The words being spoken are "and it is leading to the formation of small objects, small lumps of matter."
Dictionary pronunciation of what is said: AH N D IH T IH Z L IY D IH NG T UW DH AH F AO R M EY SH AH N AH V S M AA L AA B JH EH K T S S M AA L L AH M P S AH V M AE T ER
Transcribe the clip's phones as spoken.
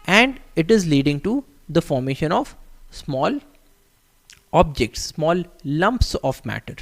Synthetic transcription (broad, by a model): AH N D IH T IH Z L IY D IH NG T UW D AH F AO R M EY SH AH N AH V S M AA L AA B JH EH K T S S M AA L L AH M P S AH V M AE T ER